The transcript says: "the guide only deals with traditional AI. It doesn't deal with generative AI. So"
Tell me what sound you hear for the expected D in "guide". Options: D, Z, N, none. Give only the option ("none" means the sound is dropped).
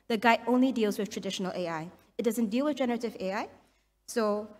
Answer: none